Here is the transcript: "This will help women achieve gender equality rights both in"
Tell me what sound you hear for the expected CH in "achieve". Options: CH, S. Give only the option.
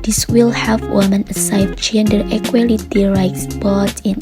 S